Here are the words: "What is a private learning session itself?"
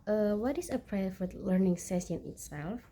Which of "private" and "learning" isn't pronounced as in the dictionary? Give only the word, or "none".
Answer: private